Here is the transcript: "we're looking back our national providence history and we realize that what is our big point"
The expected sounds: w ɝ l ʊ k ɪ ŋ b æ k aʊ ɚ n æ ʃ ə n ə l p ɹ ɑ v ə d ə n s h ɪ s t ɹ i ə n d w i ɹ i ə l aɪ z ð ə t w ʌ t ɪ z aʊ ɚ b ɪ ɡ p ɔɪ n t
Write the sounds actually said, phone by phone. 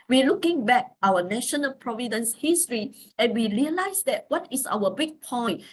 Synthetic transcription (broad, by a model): w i l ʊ k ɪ ŋ b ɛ k aʊ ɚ n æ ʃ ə n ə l p ɹ ɑ v ə d ə n s h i s t ɹ i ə n w i ɹ i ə l aɪ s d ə t w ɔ t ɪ s aʊ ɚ b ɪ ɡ p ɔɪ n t